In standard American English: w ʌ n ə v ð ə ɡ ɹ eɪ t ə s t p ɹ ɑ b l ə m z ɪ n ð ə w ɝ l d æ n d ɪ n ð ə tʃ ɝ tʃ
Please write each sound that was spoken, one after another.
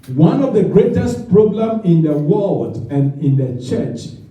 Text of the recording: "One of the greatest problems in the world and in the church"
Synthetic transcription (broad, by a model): w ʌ n ə v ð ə ɡ ɹ eɪ t ə s t p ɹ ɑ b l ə m ɪ n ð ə w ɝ l d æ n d ɪ n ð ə tʃ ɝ tʃ